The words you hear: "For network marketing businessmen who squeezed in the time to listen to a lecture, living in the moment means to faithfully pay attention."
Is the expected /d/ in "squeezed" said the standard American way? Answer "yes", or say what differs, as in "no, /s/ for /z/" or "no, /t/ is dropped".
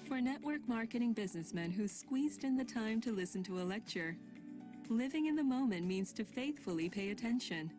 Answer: yes